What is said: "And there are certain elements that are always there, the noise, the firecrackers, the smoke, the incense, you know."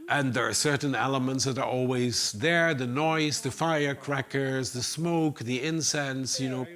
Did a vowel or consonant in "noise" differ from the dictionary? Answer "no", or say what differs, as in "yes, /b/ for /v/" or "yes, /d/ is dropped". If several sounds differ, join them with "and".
no